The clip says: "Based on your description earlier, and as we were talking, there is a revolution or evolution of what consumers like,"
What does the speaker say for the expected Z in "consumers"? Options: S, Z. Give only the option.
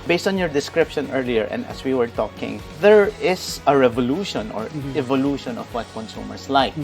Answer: S